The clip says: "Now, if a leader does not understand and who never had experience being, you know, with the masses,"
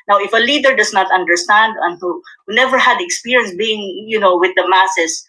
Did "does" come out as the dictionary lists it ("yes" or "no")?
no